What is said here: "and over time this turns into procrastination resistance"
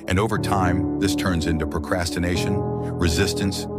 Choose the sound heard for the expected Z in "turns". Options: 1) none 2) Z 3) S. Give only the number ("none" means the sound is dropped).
2